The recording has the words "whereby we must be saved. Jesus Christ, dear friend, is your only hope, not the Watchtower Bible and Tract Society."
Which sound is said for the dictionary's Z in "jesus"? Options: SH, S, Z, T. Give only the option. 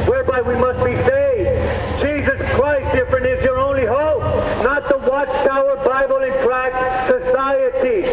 Z